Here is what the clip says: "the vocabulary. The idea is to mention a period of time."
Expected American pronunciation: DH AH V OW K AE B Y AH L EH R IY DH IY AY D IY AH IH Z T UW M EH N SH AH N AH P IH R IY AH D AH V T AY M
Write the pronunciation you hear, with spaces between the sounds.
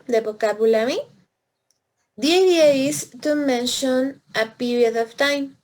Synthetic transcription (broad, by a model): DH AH B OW K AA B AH L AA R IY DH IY AY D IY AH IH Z T UW M EH N SH AH N AH P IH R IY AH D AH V T AY M